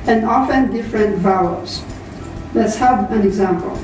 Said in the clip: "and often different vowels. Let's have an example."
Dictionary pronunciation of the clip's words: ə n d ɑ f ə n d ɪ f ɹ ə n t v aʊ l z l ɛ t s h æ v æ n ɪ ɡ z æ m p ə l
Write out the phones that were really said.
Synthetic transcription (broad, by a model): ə n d ɑ f ə n d ɪ f ɹ ə n t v aʊ z l ɛ t s h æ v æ n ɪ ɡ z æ m p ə l